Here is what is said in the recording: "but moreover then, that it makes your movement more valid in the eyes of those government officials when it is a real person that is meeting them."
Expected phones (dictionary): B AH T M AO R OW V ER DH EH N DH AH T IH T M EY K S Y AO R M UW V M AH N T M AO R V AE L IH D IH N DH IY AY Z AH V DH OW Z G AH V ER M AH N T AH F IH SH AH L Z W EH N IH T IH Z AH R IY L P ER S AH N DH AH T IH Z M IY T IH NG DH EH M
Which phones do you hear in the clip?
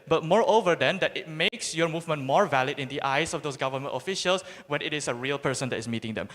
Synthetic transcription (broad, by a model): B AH T M AO R OW V ER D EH N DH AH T IH T M EY K S Y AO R M UW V M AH N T M AO R V AE L IH D IH N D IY AY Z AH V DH OW S G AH V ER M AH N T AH F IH SH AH L S W EH N IH T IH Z AH R IY L P ER S AH N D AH T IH S M IY T IH NG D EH M